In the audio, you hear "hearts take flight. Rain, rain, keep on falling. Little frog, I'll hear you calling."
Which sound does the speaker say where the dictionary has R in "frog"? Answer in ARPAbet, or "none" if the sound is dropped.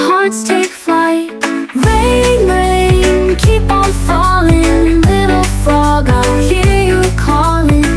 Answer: none